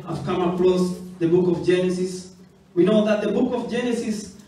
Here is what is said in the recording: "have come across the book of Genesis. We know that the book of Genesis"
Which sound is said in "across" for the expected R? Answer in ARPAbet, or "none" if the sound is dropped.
L